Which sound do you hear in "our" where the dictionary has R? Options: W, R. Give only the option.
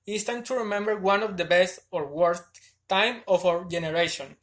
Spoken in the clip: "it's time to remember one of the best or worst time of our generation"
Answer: W